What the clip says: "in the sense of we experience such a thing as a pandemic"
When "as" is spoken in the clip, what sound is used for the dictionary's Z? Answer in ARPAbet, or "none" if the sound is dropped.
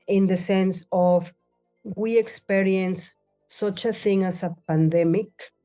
S